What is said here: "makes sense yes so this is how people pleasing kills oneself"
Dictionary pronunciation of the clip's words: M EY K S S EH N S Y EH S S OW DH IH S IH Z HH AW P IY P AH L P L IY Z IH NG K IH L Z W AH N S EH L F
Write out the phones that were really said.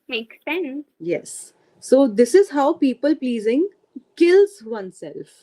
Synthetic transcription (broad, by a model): M EY K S S EH N S Y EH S S OW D IH S IH Z HH AW P IY P AH L P L IY Z IH NG K IH L Z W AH N S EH L F